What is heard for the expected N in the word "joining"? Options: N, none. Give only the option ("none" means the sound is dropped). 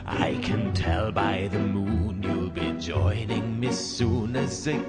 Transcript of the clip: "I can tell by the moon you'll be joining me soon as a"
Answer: N